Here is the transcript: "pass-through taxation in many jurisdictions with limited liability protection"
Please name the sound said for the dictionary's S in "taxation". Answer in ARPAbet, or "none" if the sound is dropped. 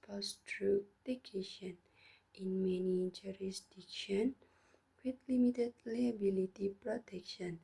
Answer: none